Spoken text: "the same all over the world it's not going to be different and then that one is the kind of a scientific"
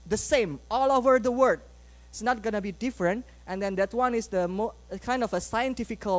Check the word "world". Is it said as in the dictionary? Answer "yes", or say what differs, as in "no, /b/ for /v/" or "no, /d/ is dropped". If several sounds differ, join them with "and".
no, /l/ is dropped